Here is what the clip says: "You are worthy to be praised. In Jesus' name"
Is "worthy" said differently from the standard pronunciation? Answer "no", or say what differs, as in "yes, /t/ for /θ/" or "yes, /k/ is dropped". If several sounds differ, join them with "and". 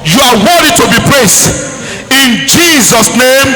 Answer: yes, /ð/ is dropped